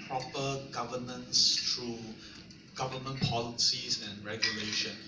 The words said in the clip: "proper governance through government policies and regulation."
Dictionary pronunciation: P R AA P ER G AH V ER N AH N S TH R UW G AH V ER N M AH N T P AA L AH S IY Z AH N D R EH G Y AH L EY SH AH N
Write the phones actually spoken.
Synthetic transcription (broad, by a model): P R AA P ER G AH V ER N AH N S T R UW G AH V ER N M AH N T P AA L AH S IY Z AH N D R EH G Y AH L EY SH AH N